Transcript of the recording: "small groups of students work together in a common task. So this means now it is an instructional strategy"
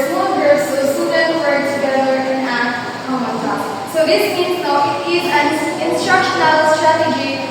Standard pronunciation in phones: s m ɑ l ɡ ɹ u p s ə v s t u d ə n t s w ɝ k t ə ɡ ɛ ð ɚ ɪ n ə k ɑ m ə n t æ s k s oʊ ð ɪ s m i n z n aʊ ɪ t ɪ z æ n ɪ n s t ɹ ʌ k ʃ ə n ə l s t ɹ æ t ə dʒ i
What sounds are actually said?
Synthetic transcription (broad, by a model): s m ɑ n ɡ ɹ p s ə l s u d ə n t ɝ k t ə ɡ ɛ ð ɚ ɪ n ə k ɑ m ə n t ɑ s s oʊ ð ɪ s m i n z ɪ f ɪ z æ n ɪ n s t ɹ ʌ k ʃ ə n ə l s t ɹ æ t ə dʒ i